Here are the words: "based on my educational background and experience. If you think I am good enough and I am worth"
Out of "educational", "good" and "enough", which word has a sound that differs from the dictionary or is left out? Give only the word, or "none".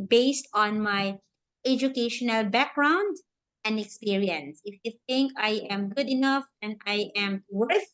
none